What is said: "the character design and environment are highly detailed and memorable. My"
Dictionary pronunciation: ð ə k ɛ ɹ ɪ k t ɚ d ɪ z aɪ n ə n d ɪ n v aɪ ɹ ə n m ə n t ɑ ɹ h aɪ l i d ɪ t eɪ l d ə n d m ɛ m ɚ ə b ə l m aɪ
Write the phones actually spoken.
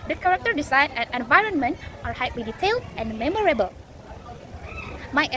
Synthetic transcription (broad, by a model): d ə k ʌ ɹ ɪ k t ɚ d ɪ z aɪ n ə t ɪ n v aɪ ɹ ə n m ə n t ɑ ɹ h aɪ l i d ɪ t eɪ l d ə n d m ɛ m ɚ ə b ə l m aɪ